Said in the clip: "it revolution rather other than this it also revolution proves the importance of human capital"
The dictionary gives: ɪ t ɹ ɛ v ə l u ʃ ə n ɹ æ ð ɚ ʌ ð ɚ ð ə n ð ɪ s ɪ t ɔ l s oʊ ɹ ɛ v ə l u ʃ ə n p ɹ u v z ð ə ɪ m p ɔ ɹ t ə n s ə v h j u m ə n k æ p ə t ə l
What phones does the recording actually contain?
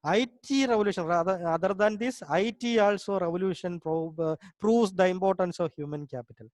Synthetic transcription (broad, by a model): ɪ t ɹ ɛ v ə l u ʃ ə n ɹ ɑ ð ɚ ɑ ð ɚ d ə n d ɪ s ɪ t ɔ l s oʊ ɹ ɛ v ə l u ʃ ə n p ɹ u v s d ə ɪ m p ɔ ɹ t ə n s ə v h j u m ə n k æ p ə t ə l